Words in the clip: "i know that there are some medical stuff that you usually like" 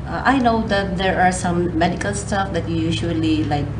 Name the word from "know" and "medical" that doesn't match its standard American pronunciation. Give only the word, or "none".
none